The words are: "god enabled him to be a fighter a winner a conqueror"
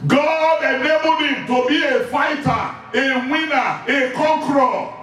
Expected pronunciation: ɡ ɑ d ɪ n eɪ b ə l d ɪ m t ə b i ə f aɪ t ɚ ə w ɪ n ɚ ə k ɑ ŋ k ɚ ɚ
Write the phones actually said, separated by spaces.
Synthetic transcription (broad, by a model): ɡ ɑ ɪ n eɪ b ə d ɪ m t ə b i ə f aɪ t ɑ ə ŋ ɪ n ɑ ə k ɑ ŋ k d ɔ